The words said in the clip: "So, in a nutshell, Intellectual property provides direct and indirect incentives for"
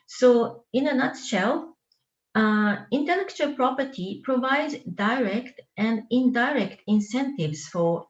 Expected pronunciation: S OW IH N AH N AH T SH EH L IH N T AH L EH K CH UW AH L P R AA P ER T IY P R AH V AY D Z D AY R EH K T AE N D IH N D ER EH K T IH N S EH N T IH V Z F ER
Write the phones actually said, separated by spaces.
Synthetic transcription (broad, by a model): S OW IH N AH N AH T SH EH L IH N T AH L EH K CH UW AH L P R AA P ER T IY P R AH V AY D Z D AY R EH K T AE N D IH N D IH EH K T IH N S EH N T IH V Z F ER